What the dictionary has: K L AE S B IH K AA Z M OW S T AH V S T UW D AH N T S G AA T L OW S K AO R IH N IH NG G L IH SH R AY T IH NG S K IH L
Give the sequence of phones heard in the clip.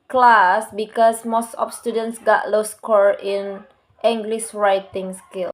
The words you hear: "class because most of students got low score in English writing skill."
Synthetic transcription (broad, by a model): K L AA S B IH K AA S M OW S T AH P S T UW D AH N T S G AA T L OW S K AO R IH N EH NG G L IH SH R AY T IH NG S K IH L